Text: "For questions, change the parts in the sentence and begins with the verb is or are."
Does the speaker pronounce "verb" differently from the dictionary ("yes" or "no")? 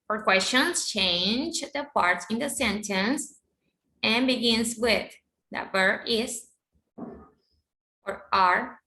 yes